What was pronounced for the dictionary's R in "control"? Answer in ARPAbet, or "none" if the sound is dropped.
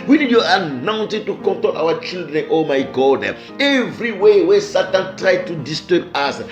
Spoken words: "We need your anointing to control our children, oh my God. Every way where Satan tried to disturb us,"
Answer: none